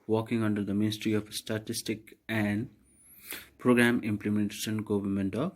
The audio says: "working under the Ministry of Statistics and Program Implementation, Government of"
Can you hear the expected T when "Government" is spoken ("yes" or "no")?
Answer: yes